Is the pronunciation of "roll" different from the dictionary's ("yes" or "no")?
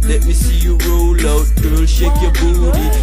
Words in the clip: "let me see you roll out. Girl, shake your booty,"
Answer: no